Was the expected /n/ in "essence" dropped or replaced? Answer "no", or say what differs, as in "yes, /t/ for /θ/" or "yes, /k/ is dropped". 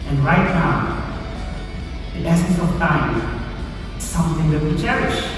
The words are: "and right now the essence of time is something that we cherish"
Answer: yes, /n/ is dropped